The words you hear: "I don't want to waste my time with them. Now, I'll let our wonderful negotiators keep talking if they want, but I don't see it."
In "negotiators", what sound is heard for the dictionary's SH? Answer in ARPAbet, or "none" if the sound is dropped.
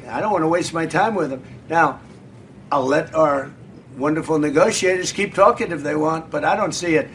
SH